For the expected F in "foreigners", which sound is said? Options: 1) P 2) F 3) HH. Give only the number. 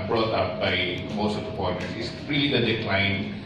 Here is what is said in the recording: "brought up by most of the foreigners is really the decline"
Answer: 1